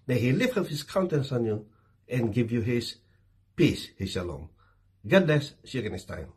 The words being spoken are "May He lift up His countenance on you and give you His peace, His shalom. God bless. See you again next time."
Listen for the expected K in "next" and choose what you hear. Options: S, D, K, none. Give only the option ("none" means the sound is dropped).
none